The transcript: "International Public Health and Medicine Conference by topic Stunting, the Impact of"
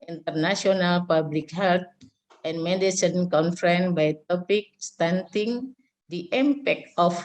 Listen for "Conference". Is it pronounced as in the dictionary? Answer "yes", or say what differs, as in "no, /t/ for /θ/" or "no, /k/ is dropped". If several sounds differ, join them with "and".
no, /s/ is dropped